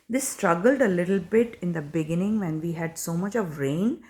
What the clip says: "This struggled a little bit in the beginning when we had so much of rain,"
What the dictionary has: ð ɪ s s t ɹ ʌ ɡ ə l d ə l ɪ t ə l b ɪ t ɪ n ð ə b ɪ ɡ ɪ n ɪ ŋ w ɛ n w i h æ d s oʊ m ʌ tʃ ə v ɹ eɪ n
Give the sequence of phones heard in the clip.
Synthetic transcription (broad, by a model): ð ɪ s s t ɹ ʌ ɡ ə l d ə l ɪ t ə l b ɪ t ɪ n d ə b ɪ ɡ ɪ n ɪ ŋ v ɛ n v i h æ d s oʊ m ʌ tʃ ə v ɹ eɪ n